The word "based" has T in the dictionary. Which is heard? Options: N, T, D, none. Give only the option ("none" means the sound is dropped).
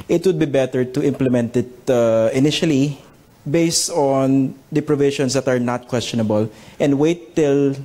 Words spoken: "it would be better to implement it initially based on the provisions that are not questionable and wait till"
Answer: T